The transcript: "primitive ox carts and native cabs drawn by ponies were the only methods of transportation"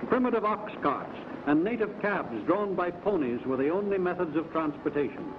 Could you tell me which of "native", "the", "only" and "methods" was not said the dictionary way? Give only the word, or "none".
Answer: none